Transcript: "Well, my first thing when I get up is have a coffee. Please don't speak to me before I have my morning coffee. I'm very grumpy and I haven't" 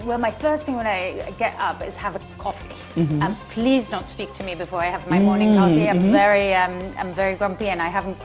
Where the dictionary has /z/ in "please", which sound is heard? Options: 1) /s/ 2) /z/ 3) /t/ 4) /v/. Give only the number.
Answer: 2